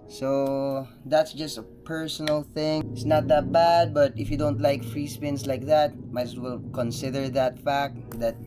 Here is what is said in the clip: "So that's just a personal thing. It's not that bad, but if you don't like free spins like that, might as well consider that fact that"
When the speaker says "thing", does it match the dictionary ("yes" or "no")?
yes